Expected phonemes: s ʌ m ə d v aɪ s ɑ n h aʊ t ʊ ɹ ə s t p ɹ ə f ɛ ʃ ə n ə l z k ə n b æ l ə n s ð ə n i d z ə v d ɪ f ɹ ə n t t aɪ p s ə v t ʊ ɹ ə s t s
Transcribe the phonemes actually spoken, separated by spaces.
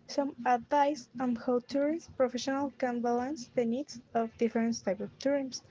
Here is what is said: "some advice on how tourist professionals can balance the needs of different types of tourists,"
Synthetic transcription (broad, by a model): s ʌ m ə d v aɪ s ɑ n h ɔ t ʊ ɹ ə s p ɹ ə f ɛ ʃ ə n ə l k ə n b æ l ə n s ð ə n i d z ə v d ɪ f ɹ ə n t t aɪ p ə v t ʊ ɹ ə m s